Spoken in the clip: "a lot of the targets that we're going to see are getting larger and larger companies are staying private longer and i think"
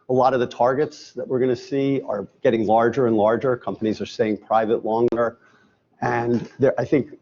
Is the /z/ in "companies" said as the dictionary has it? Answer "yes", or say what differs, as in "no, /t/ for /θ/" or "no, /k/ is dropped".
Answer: yes